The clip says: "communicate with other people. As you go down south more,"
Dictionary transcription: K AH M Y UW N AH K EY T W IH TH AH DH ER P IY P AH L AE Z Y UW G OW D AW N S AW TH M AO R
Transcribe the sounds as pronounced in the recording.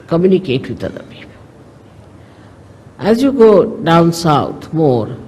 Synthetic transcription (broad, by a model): K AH M Y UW N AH K EY T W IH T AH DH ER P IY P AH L AE Z Y UW G OW D AW N S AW T M AO R